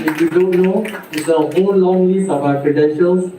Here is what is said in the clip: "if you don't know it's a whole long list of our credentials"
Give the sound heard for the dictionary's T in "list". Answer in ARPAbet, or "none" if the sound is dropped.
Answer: none